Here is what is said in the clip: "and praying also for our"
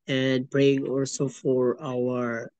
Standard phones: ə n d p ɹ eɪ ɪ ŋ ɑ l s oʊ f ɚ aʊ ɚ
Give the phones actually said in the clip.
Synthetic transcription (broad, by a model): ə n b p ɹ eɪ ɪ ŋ ɑ l s oʊ f ɚ aʊ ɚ